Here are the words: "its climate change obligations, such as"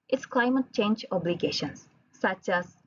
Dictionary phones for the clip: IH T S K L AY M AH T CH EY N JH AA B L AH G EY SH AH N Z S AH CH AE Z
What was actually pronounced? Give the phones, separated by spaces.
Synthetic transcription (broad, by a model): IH T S K L AY M AH T CH EY N JH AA B L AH G EY SH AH N S AH CH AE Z